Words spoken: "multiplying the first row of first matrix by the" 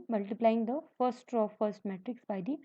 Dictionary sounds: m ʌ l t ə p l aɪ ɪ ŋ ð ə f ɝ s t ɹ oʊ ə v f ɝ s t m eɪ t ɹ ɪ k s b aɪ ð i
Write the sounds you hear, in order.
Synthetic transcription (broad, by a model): m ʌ l t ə p l aɪ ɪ ŋ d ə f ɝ s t ɹ oʊ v f ɝ s t m eɪ t ɹ ɪ k s b aɪ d i